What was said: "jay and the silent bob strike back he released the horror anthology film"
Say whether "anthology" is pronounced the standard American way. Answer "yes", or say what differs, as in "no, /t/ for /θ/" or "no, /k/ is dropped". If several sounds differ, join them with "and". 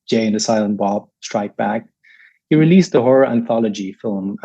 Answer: yes